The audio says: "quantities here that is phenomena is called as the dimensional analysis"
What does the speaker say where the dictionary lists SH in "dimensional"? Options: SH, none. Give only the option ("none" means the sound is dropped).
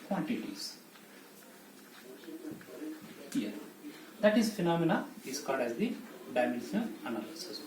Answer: none